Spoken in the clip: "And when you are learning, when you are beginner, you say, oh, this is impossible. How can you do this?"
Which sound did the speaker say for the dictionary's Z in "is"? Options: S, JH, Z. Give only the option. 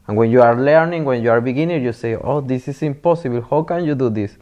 S